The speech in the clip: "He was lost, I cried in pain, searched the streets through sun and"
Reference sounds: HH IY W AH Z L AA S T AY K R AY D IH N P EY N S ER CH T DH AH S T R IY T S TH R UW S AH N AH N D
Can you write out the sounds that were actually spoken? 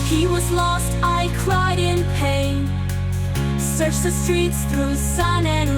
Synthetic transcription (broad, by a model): HH IY W AH Z L AA S T AY K R AY D IH N P EY N S ER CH DH AH S T R IY T S TH R UW S AH N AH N